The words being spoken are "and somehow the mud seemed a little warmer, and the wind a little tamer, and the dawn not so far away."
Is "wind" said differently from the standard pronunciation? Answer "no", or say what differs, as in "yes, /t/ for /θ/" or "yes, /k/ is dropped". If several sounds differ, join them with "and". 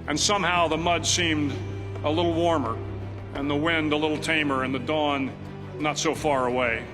no